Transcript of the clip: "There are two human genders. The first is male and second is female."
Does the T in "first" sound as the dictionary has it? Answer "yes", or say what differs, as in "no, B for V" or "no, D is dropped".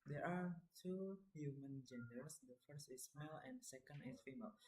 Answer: yes